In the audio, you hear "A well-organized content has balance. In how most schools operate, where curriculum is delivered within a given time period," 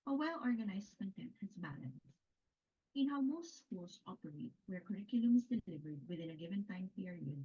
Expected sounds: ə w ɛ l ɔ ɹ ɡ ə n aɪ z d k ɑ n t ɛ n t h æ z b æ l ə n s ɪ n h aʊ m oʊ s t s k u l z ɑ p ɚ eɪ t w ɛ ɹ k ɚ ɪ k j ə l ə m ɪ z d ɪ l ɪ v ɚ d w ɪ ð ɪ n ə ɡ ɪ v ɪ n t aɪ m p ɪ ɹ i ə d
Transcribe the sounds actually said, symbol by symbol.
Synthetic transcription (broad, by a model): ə w ɛ l ɔ ɹ ɡ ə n aɪ s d k ɑ n t ɛ n t h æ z b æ l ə n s ɪ n h aʊ m oʊ s t s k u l s ɑ p ɚ eɪ t w ɛ ɹ k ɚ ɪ k j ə l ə m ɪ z d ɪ l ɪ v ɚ d w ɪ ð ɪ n ə ɡ ɪ v ɪ n t aɪ m p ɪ ɹ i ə d